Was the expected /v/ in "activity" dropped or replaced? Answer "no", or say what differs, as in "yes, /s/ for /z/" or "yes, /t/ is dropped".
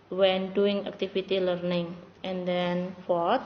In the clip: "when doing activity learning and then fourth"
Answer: yes, /f/ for /v/